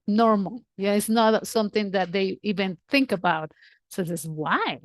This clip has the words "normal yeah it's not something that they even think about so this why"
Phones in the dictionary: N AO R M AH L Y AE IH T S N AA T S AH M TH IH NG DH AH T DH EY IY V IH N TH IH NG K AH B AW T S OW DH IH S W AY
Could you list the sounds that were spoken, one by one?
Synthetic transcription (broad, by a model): N AO R M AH L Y IH T S N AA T S AH M TH IH NG DH AH T DH EY IY V IH N TH IH NG K AH B AW T S OW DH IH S W AY